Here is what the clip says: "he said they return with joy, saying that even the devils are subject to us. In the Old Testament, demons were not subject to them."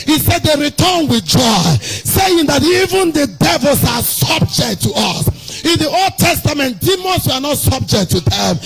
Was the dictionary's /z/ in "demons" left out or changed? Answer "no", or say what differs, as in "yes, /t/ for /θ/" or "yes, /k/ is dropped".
yes, /s/ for /z/